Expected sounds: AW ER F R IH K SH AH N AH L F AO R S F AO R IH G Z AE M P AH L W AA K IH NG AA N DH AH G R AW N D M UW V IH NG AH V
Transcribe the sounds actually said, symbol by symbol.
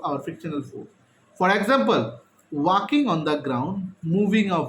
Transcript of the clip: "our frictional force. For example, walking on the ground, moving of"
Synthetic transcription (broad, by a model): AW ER F IH K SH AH N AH L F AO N F AO R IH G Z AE M P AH L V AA K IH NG AA N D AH G R AW N D M UW V IH NG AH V